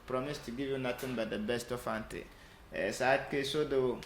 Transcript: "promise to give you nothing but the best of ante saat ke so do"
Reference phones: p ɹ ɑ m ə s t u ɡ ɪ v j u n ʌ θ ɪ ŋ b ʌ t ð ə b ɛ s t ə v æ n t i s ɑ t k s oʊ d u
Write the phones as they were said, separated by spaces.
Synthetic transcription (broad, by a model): p ɹ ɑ m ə s t u ɡ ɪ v j u n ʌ t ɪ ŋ b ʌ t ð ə b ɛ s t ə f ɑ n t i s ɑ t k s oʊ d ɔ